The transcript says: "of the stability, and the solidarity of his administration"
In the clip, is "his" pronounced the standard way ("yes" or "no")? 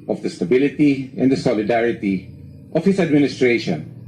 no